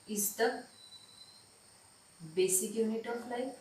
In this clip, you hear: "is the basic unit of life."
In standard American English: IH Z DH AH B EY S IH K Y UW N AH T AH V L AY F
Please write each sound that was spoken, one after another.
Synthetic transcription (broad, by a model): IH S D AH B EY S IH K Y UW N AH T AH P L AY